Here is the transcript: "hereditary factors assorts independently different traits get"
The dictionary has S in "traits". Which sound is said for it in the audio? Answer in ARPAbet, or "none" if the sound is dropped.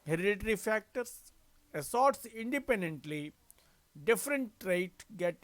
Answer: none